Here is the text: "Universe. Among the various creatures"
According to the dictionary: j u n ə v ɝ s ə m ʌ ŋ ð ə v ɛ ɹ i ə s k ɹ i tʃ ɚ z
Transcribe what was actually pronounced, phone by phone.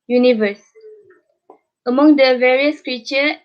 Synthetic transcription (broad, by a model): j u n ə v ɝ s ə m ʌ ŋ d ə v ɛ ɹ i ə s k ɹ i tʃ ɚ